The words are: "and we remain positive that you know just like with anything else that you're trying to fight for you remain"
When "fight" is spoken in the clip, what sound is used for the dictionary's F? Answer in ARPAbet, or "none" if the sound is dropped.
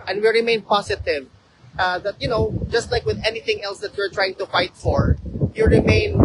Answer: F